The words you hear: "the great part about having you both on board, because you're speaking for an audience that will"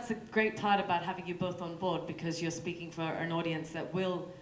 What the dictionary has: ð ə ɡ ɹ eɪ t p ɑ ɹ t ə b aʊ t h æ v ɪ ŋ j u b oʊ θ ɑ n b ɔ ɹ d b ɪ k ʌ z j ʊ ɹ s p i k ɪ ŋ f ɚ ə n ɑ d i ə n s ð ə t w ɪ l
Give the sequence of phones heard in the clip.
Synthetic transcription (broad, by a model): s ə ɡ ɹ eɪ t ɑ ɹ t ə b aʊ t h æ v ɪ ŋ j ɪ b oʊ θ n b ɔ ɹ d b ɪ k ʌ z j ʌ ɹ s p i k ɪ ŋ f ɚ ə n ɑ d i ə n s ð ə t w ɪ l